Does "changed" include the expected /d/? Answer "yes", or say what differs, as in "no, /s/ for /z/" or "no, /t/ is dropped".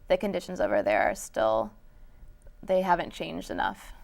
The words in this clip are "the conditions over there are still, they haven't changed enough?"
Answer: yes